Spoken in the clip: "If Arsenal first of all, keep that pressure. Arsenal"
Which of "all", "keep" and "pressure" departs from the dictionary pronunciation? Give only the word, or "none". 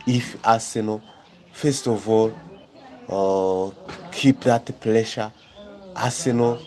pressure